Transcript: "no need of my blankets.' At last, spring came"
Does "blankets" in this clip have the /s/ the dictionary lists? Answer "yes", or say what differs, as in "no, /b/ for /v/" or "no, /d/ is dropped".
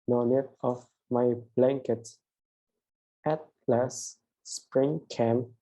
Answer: no, /s/ is dropped